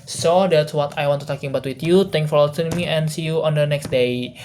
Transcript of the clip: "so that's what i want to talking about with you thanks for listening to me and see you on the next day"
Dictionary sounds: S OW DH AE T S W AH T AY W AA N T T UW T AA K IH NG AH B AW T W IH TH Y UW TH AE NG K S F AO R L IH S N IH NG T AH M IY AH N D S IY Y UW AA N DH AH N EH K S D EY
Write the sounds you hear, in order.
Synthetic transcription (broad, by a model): S OW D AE T S W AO T AY W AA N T T UW T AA K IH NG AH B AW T W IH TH Y UW T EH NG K F AO R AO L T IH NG M IY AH N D S IY Y UW AA N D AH N EH K S D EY